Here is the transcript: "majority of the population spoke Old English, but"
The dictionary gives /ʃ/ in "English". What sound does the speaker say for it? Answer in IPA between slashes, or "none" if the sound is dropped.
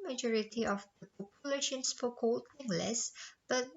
/s/